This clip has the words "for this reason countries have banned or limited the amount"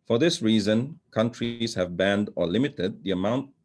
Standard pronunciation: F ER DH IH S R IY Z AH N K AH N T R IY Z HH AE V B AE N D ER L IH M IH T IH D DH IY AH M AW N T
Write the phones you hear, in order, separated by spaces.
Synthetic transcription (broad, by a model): F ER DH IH S R IY Z AH N K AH N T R IY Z HH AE V B AE N D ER L IH M IH T IH D DH IY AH M AW N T